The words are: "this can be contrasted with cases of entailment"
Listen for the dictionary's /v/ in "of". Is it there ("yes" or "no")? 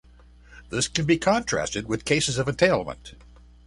yes